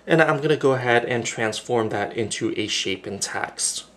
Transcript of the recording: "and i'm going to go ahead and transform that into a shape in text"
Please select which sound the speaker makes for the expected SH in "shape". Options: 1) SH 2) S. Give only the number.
1